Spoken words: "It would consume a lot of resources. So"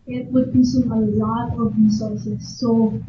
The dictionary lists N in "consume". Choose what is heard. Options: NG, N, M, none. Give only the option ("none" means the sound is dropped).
none